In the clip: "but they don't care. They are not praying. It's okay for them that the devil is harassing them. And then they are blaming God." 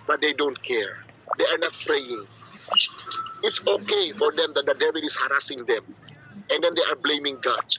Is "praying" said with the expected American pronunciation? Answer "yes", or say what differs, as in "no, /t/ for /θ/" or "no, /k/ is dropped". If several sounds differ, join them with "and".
yes